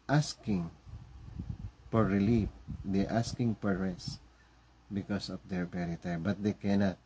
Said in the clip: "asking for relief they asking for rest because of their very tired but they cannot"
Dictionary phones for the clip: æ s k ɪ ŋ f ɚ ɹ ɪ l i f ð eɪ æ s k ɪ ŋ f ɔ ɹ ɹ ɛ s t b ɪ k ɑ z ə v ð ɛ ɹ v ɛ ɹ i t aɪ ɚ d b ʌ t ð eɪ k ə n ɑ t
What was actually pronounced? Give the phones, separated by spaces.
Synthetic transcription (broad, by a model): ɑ s k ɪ ŋ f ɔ ɹ ɪ l i f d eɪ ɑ s k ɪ ŋ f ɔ ɹ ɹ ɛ s b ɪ k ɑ s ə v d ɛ ɹ p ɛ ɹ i t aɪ b ʌ t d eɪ k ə n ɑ t